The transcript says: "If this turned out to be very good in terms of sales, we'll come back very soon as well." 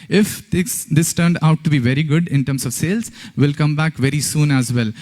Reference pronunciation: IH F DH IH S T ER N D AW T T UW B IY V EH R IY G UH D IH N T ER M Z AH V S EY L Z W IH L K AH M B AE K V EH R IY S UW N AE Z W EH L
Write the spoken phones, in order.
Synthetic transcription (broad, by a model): IH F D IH S T ER N D AW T T UW B IY V EH R IY G UH D IH N T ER M S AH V S EY L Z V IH L K AH M B AE K V EH R IY S UW N AE Z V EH L